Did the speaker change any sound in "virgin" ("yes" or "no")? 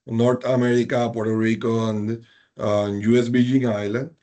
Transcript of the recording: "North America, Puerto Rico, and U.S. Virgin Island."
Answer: yes